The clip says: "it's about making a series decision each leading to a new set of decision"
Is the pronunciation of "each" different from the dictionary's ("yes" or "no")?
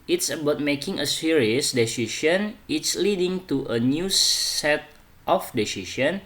yes